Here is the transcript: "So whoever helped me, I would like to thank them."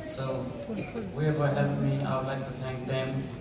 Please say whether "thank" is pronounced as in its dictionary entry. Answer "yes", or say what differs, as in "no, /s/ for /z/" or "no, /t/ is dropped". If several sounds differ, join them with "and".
no, /t/ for /θ/